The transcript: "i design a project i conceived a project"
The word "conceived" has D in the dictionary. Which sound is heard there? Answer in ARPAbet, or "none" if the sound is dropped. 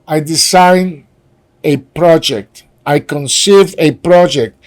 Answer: none